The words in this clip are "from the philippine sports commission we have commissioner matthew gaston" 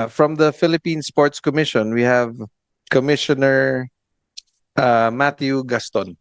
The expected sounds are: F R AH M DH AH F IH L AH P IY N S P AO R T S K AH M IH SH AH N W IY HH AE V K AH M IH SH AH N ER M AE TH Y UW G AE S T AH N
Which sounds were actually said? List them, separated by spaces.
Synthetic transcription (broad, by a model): F R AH M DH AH F IH L AH P IY N S P AO R T S K AH M IH SH AH N W IY HH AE V K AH M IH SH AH N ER M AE T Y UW G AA S T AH N